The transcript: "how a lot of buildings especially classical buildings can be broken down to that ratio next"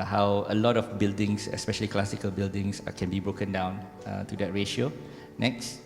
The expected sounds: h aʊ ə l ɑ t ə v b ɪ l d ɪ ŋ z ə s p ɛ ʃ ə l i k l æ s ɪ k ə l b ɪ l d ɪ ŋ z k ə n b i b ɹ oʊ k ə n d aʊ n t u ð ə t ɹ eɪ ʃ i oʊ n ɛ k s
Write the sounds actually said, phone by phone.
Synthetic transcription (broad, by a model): h aʊ ə l ɑ t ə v b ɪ l d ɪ ŋ s ə s p ɛ ʃ ə l i k l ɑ s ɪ k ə l b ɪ l d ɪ ŋ s k ə n b i b ɹ oʊ k ə n d aʊ n t u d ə t ɹ eɪ ʃ i oʊ n ɛ k s